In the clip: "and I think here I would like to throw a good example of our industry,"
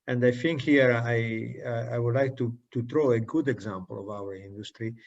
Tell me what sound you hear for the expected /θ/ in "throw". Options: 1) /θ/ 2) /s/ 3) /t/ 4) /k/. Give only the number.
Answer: 3